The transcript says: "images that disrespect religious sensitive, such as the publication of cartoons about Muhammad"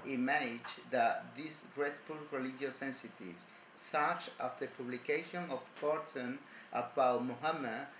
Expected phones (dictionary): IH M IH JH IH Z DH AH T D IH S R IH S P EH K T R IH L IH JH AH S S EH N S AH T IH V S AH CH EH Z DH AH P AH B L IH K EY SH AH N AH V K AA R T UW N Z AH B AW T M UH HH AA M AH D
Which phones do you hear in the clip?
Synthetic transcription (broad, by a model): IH M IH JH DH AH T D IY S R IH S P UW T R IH L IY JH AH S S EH N S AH T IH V S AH CH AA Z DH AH P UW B L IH K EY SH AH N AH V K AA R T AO N AH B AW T M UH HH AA M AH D